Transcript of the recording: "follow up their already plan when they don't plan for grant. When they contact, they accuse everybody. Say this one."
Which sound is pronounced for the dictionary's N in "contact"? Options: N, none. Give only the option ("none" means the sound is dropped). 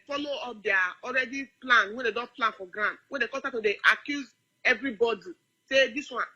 none